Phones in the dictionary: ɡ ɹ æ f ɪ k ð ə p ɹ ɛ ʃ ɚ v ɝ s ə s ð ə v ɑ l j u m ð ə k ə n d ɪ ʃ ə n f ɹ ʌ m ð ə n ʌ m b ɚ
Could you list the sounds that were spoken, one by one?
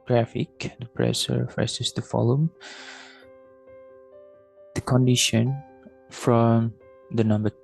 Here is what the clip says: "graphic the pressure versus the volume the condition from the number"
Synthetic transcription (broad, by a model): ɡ ɹ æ f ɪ k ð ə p ɹ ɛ s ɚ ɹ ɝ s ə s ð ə f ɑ l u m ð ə k ə n d ɪ ʃ ə n f ɹ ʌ m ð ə n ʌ m b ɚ